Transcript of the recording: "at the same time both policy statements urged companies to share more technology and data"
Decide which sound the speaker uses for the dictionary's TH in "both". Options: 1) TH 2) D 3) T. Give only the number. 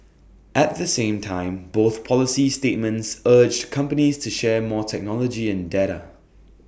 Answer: 1